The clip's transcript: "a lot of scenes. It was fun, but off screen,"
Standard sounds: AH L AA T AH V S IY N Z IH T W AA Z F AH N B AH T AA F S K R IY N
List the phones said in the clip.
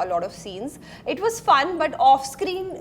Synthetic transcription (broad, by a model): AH L AA T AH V S IY N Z IH T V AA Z F AH N B AH T AA F S K R IY N